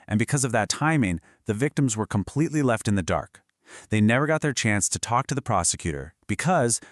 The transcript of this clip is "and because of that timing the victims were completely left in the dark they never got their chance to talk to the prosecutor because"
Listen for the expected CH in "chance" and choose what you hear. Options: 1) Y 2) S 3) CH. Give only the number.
3